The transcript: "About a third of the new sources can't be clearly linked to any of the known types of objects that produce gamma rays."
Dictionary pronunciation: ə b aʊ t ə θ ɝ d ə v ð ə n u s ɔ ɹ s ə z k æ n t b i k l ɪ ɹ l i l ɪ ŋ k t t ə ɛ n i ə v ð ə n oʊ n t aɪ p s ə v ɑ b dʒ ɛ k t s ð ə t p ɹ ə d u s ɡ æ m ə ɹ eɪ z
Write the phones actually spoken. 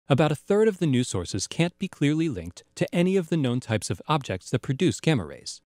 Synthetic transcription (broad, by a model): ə b aʊ t ə θ ɝ d ə v ð ə n u s ɔ ɹ s ə z k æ n b i k l ɪ ɹ l i l ɪ ŋ k t t ɛ n i ə v ð ə n oʊ n t aɪ p s ə v ɑ b dʒ ɛ k t s ð ə t p ɹ ə d u s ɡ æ m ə ɹ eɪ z